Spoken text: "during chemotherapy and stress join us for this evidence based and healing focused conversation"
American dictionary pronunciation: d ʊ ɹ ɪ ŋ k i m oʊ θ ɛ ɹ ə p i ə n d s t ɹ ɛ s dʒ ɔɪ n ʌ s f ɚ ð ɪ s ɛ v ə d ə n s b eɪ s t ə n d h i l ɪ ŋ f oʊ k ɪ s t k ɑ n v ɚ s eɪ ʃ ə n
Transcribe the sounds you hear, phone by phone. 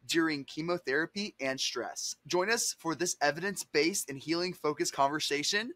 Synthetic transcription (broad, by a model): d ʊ ɹ ɪ ŋ k i m oʊ θ ɛ ɹ ə p i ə n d s t ɹ ɛ s dʒ ɔɪ n ʌ s f ɚ ð ɪ s ɛ v ə d ə n s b eɪ s ə n h i l ɪ ŋ f oʊ k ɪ s k ɑ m v ɚ s eɪ ʃ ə n